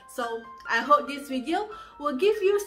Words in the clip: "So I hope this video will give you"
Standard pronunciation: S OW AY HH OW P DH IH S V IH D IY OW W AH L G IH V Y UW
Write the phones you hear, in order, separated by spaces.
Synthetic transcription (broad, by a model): S OW AY HH OW P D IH S W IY D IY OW W AH L G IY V Y UW